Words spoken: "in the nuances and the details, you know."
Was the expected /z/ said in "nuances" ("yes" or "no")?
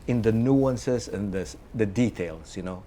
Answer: no